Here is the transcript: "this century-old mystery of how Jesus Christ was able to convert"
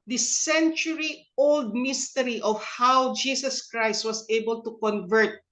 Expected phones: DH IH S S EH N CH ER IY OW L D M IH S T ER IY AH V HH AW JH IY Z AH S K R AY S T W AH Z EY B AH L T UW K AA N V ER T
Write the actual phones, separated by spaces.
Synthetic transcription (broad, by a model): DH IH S S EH N CH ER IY OW L D M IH S T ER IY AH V HH AW JH IY S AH S K R AY S T W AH S EY B AH L T UW K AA N V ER T